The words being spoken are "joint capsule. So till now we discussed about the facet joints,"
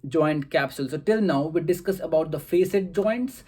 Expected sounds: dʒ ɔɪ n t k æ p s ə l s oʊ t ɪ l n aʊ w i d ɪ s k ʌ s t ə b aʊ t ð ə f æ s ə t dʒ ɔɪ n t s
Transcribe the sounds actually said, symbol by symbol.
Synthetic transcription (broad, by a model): dʒ ɔɪ n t k æ p s ə l s oʊ t ɪ l n aʊ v i d ɪ s k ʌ s ə b aʊ t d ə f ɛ s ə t dʒ ɔɪ n t s